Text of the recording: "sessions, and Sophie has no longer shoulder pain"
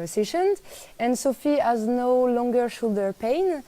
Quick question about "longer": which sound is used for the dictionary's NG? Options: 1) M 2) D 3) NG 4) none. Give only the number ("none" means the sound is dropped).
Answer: 3